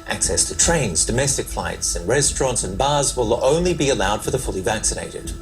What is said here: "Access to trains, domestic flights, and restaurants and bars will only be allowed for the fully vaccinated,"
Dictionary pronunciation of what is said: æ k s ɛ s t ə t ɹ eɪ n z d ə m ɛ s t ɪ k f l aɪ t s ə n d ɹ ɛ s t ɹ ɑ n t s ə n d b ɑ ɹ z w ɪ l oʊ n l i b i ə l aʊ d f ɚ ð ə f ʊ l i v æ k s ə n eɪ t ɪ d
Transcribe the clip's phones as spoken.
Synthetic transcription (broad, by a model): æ k s ɛ s t ə t ɹ eɪ n z d ə m ɛ s t ɪ k f l aɪ t s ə n ɹ ɛ s t ɹ ɑ n t s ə n b ɑ z w ɪ l oʊ n l i b i ə l aʊ d f ɚ ð ə f ʊ l i v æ k s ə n eɪ t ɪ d